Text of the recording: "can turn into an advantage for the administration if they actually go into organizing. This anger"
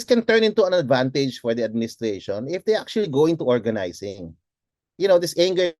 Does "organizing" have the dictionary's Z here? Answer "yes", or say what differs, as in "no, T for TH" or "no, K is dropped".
no, S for Z